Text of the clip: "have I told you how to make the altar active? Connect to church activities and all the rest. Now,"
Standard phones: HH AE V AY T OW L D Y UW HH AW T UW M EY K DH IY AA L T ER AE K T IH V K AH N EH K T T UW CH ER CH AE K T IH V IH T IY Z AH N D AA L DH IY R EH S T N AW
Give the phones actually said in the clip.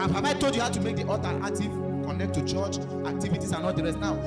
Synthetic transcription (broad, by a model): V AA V AY T OW L D Y UW HH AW T UW M EY K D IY AA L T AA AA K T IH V K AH N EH K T T UW CH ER CH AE K T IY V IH T IY S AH N AA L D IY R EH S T N AW